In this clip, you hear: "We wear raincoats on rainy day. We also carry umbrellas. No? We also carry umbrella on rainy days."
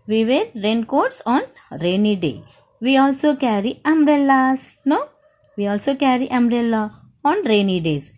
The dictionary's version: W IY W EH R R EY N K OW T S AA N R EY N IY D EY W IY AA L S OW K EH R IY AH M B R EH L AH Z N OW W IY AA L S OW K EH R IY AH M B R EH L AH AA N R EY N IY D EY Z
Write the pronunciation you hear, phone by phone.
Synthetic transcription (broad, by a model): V IY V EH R R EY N K OW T S AA N R EY N IY D EY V IY AA L S OW K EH R IY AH M R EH L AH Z N OW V IY AA L S OW K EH R IY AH M R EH L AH AA N R EY N IY D EY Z